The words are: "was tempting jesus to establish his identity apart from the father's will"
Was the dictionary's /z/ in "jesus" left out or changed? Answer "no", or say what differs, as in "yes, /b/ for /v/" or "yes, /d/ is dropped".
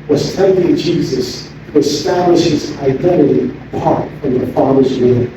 no